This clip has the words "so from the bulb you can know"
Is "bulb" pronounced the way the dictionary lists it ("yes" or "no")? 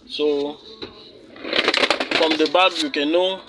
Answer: no